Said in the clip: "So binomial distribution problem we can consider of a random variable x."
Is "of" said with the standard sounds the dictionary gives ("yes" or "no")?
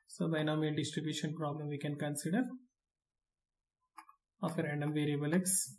no